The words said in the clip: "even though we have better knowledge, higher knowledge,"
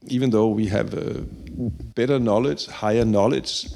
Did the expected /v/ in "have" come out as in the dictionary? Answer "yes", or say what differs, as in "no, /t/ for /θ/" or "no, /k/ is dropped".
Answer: yes